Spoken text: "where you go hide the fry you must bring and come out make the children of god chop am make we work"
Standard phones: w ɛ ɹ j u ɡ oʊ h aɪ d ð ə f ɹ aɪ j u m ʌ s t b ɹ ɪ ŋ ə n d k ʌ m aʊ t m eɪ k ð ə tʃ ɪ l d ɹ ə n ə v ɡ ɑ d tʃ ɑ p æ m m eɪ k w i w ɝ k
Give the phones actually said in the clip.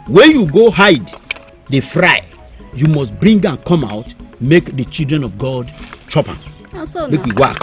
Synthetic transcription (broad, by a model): w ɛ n j u ɡ oʊ h aɪ d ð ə f ɹ aɪ j u m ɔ s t b ɹ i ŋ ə n k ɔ m aʊ t m eɪ k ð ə tʃ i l d ɹ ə n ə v ɡ ɑ d tʃ ɑ p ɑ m m eɪ k w i w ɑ k